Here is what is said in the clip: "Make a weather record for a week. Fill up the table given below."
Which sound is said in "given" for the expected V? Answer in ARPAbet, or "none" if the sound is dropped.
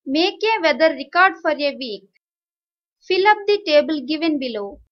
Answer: V